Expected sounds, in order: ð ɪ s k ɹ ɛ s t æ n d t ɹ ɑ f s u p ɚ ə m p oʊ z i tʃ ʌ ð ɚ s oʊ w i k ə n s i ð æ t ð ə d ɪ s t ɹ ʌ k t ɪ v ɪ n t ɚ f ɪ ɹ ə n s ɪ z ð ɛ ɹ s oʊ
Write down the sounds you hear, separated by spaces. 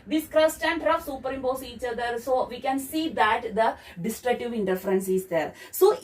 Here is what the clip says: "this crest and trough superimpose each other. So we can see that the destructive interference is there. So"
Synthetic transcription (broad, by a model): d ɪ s k ɹ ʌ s t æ n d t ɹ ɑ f s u p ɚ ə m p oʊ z i tʃ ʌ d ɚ s oʊ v i k ə n s i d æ t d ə d ɪ s t ɹ ʌ k t ɪ v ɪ n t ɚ f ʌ ɹ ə n s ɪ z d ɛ ɹ s oʊ